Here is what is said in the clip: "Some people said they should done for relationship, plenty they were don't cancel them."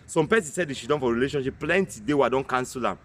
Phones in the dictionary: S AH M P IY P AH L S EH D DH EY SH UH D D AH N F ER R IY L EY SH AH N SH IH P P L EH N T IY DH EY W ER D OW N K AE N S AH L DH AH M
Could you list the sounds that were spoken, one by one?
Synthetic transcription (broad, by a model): S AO M P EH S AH N S EH D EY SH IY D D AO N F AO R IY L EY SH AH N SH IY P P L EH N T IY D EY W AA D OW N K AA N S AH L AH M